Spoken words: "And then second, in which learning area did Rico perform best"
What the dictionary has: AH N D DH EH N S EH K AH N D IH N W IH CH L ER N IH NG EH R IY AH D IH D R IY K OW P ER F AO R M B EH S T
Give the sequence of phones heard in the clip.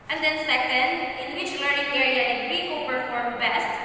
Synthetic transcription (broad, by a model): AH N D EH N S EH K AH N D IH N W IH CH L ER IH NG EH R IY AH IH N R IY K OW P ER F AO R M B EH S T